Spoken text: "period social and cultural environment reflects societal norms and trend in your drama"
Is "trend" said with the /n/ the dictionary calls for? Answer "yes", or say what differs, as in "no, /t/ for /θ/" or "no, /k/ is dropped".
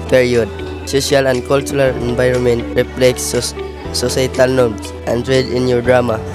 no, /n/ is dropped